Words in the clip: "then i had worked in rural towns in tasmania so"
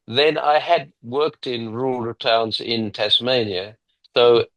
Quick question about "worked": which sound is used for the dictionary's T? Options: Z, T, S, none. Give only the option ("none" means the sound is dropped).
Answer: T